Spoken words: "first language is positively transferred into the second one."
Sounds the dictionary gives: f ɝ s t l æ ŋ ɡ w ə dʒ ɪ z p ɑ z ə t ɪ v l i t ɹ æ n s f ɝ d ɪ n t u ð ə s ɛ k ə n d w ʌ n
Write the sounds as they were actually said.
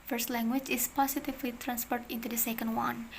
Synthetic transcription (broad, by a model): f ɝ s t l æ ŋ ɡ w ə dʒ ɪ s p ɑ s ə t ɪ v l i t ɹ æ n s p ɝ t ɪ n t u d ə s ɛ k ə n d w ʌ n